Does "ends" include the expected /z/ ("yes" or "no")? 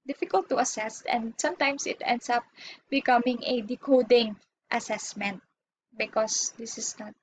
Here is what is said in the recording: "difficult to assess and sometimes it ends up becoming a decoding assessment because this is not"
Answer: no